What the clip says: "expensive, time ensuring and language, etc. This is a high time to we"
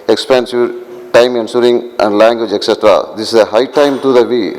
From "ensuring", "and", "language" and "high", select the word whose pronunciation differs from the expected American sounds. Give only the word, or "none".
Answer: ensuring